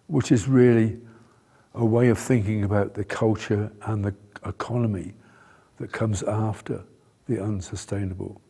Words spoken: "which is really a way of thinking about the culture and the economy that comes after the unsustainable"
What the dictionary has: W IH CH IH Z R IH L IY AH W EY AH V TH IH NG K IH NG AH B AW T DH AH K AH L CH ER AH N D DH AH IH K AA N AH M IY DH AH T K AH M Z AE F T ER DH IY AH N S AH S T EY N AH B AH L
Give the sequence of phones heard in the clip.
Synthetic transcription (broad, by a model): W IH CH IH Z R IH L IY AH W EY AH V TH IH NG K IH NG AH B AW T DH AH K AH L CH ER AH N DH AH IH K AA N AH M IY DH AH T K AH M Z AE F T ER DH IY AH N S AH S T EY N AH B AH L